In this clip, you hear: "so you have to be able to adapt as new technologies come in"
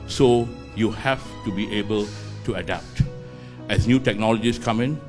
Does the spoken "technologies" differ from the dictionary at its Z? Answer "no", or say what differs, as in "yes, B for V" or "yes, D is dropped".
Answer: yes, S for Z